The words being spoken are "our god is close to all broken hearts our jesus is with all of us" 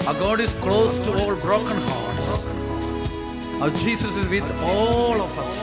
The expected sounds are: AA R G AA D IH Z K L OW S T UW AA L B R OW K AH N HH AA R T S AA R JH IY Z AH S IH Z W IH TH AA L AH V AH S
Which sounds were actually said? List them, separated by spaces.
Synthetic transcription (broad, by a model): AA G AA D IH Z K L OW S T UW AA L B R OW K AH N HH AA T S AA JH IY S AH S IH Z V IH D AA L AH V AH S